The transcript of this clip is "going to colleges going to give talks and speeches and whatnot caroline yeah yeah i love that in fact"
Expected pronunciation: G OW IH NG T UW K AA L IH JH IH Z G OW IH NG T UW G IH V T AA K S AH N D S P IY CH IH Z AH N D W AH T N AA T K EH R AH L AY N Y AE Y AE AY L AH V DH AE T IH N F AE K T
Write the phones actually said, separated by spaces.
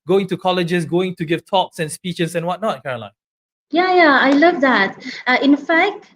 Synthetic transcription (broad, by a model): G OW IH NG T UW K AA L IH JH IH S G OW IH NG T UW G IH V T AA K S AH N S P IY CH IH S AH N W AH T N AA T K EH R AH L AY N Y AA Y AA AY L AH V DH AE T IH N F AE K T